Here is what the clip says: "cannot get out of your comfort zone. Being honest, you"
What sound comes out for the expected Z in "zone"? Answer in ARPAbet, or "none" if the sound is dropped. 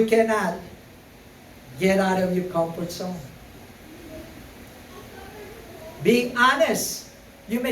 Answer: S